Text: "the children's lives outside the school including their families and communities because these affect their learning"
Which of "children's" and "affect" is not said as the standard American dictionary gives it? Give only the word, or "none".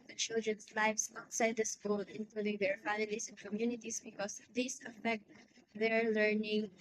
children's